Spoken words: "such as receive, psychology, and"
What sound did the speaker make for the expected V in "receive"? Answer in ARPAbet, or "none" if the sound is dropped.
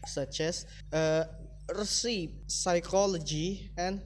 P